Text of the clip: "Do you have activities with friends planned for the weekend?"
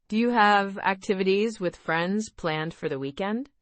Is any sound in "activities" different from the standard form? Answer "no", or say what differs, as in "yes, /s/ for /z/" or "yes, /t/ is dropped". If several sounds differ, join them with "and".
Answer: no